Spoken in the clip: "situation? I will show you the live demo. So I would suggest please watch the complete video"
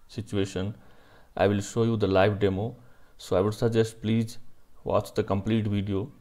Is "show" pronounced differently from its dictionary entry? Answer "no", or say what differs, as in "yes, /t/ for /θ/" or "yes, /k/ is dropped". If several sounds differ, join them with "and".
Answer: no